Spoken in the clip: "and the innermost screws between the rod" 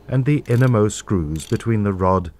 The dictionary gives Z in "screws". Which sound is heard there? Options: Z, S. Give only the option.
Z